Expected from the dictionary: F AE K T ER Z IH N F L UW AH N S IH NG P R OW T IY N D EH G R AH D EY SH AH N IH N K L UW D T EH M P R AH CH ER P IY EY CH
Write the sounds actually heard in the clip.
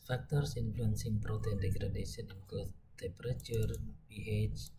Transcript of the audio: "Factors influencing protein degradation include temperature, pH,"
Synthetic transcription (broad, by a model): F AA K T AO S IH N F L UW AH N S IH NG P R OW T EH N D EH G R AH D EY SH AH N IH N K UW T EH M P R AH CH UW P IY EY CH